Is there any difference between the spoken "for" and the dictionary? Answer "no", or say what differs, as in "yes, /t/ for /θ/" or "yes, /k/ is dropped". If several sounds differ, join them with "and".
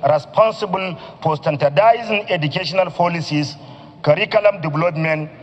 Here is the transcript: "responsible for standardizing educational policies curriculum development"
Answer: yes, /p/ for /f/